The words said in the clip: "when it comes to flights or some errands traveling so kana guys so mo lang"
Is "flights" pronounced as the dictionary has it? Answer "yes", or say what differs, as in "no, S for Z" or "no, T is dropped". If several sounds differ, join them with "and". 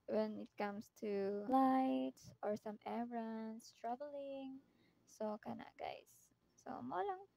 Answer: no, S is dropped